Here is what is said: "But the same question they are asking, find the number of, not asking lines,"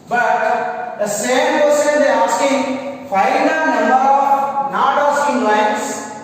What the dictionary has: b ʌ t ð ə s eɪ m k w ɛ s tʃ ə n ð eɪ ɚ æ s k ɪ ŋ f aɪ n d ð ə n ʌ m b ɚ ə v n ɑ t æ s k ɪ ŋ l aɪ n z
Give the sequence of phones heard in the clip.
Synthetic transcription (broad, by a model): b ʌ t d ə s eɪ m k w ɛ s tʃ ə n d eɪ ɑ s k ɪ ŋ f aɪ d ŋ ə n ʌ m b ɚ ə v n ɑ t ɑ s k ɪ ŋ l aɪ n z